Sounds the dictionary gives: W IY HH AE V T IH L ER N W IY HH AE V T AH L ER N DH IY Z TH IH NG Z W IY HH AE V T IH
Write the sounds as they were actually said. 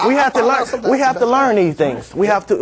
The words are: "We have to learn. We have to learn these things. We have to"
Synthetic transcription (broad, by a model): W IY HH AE F T IH L ER N W IY HH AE F T AH L ER N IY TH IH NG Z W IY HH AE F T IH